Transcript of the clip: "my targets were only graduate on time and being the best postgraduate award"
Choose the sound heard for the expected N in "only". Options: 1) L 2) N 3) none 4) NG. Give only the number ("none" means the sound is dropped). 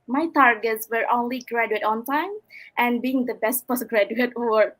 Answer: 2